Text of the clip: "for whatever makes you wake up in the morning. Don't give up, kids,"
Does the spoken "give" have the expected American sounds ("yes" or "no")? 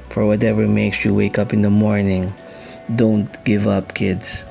yes